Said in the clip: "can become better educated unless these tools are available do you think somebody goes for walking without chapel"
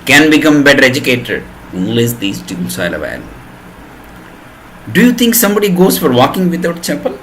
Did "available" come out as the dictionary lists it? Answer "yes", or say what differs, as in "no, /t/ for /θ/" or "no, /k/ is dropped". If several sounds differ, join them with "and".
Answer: no, /b/ is dropped